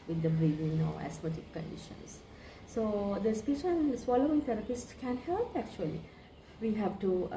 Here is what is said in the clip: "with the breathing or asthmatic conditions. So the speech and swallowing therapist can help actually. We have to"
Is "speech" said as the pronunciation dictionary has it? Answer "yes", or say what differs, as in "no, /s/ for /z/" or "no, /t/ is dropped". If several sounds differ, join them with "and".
no, /ʃ/ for /tʃ/